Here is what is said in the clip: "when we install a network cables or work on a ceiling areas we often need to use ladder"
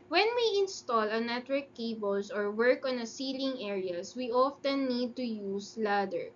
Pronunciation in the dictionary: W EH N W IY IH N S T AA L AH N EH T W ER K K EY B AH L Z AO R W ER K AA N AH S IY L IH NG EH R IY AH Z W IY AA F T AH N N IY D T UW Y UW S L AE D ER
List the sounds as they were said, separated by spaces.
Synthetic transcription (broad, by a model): W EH N W IY IH N S T AA L AH N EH T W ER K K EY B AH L S AO R W ER K AA N AH S IY L IH NG EH R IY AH S W IY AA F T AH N N IY D T UW Y UW S L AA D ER